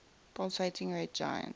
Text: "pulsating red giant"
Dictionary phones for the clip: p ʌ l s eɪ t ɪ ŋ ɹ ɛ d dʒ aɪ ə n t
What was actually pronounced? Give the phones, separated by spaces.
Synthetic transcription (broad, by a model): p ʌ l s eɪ t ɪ ŋ ɹ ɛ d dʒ aɪ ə n